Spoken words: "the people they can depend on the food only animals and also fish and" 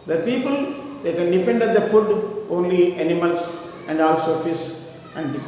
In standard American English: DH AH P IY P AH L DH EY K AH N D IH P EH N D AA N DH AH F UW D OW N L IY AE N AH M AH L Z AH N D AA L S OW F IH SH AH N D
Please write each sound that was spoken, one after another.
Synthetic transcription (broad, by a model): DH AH P IY P AH L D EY K AH N D IH P EH N D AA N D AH F UW D OW N L IY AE N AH M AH L S AH N D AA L S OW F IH S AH N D